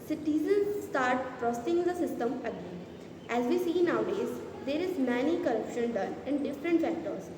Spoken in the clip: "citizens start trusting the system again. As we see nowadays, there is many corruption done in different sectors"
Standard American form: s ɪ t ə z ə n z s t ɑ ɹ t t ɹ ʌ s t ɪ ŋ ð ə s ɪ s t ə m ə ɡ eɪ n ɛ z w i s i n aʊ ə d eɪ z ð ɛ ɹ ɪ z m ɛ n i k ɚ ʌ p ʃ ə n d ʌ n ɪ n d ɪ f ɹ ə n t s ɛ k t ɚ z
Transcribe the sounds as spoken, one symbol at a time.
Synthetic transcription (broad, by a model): s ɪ t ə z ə n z s t ɑ ɹ t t ɹ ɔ s s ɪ ŋ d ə s ɪ s t ə m ə ɡ eɪ n ɛ z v i s i n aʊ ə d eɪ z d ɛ ɹ ɪ z m ɛ n i k ɚ ʌ p ʃ ə n d ʌ n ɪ n d ɪ f ɹ ə n t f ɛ k t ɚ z